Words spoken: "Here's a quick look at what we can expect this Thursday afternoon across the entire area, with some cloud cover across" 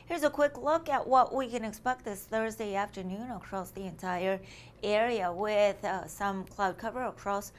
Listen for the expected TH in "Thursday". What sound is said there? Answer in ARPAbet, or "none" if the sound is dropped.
TH